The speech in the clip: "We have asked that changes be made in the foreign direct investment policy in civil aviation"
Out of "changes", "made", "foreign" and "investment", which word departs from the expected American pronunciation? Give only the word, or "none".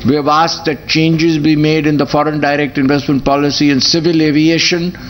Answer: none